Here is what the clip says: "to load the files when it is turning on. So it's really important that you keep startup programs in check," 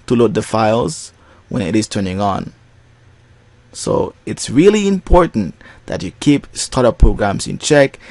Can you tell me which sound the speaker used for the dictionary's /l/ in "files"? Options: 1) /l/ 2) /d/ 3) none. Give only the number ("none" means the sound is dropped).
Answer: 1